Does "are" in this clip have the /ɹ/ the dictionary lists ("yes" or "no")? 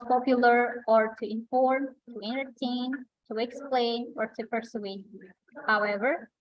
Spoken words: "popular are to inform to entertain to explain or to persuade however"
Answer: yes